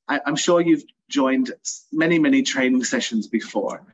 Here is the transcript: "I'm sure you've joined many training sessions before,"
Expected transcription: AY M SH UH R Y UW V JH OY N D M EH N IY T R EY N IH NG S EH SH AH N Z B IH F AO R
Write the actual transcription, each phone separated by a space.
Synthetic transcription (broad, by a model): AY M SH UH R Y UW V JH OY N D M EH N IY T R EY N IH NG S EH SH AH N Z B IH F AO R